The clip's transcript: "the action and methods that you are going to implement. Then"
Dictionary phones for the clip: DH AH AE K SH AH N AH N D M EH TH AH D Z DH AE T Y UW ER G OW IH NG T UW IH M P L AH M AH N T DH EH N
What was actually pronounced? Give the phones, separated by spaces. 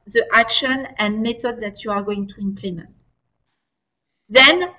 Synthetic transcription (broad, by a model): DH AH AE K SH AH N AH N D M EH T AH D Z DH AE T Y UW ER G OW IH NG T UW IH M P L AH M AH N T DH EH N